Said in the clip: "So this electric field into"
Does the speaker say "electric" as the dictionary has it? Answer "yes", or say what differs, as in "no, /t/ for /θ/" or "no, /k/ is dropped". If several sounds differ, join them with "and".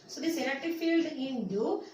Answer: no, /ɹ/ is dropped